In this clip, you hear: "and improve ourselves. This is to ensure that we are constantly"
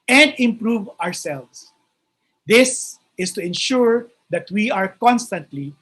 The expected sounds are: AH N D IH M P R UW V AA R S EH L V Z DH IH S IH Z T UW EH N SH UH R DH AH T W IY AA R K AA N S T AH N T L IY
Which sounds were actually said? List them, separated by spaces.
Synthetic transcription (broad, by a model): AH N D IH M P R UW V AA R S EH L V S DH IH S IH S T UW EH N SH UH R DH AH T W IY AA R K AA N S T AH N T L IY